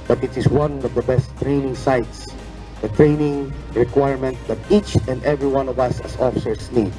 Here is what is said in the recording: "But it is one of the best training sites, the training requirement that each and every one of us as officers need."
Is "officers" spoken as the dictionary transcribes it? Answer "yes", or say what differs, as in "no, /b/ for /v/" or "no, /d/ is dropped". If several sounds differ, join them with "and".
no, /s/ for /z/